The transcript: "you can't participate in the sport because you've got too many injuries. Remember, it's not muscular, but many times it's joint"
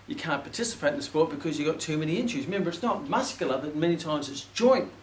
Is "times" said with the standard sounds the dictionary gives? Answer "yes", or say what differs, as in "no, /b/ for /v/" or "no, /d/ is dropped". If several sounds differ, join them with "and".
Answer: yes